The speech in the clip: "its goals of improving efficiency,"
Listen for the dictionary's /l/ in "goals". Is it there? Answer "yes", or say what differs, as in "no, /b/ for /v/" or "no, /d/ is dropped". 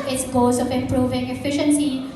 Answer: no, /l/ is dropped